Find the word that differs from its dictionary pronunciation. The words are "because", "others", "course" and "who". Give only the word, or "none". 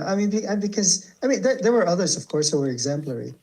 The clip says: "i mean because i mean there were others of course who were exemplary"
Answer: none